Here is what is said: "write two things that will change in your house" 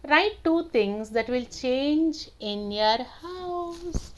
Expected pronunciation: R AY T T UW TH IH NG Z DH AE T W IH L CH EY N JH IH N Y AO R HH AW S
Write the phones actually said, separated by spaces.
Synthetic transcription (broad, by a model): R AY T T UW T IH NG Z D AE T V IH L CH EY N JH IH N Y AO R HH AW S